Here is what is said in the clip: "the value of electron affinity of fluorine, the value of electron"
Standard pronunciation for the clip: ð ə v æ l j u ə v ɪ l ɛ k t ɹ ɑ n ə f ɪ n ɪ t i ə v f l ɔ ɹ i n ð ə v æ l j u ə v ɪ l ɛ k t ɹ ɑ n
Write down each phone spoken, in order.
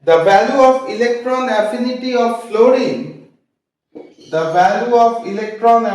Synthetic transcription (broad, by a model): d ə v æ l j u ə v ɪ l ɛ k t ɹ ɑ n ə f ɪ n ɪ t i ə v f l ɔ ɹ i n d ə v æ l j u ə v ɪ l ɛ k t ɹ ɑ n